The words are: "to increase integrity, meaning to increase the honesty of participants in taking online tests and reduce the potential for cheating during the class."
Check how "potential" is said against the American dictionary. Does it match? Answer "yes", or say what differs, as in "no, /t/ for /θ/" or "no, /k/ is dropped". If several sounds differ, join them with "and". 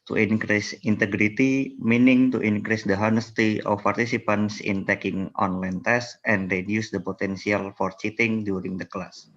no, /s/ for /ʃ/